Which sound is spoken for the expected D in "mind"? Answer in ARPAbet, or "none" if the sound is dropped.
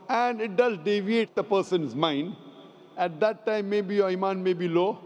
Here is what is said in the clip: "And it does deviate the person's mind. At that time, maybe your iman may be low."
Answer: D